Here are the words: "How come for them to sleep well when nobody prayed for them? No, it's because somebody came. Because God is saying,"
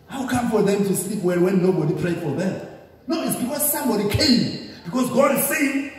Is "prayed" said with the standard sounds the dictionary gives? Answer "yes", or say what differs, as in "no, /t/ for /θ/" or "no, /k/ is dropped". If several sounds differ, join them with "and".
yes